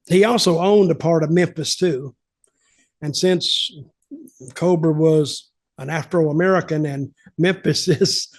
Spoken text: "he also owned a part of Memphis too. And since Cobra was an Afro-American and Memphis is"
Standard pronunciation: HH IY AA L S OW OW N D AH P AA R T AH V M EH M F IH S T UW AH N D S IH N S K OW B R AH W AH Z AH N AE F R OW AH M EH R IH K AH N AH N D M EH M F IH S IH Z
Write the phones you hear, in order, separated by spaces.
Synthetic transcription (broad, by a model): HH IY AA L S OW OW N D AH P AA R T AH V M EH M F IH S T UW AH N S IH N S K OW B R W AH Z AH N AE F R OW AH M EH R IH K AH N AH N M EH M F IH S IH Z